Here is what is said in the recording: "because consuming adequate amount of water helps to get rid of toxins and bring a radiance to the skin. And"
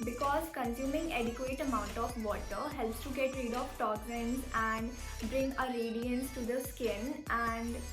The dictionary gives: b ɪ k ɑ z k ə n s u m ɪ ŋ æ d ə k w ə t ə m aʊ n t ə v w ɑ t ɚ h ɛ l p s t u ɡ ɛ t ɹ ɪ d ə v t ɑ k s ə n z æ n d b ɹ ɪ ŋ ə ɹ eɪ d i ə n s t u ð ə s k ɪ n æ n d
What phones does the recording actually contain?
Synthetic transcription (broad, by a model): b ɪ k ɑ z k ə n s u m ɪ ŋ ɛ d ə k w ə t ə m aʊ n t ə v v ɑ t ɚ h ɛ l p s t u ɡ ɛ t ɹ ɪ d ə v t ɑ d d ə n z æ n d b ɹ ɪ ŋ ə ɹ eɪ d i ə n s t u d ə s k ɪ n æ n d